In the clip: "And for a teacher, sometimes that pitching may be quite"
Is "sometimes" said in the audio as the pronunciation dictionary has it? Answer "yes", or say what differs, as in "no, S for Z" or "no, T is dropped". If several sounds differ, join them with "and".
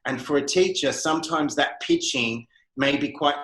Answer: yes